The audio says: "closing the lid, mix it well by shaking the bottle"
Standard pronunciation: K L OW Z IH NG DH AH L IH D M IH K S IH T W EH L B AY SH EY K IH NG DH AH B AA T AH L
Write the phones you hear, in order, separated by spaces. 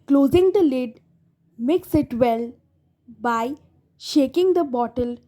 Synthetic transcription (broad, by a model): K L OW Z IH NG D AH L IH D M IH K S IH T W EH L B AY SH EY K IH NG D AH B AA T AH L